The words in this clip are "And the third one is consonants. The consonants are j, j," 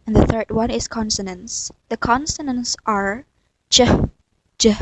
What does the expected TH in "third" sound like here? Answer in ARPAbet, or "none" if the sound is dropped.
TH